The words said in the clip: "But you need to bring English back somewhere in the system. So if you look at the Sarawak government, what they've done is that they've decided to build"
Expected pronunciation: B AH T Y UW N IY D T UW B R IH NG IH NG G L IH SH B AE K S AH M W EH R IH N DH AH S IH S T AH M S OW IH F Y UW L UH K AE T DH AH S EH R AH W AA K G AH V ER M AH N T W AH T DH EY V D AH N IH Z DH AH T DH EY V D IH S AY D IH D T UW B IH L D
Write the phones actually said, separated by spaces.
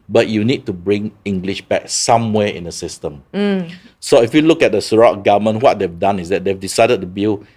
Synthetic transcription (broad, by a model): B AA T Y UW N IY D T UW B R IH NG IH NG G L IH SH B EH K S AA M W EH IH N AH S IH S T AH M S OW IH F Y UW L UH K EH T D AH S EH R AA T G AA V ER M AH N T W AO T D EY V D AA N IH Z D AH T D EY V D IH S AY D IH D T UW B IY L